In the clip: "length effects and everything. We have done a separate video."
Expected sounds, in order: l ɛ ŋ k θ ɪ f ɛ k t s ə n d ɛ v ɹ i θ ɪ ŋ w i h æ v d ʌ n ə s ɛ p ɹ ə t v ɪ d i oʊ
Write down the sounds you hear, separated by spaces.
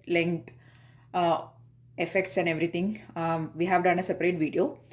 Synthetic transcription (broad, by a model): l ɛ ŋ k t ɪ f ɛ k t s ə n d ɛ v ɹ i t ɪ ŋ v i h æ v d ʌ n ə s ɛ p ɹ ə t v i d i oʊ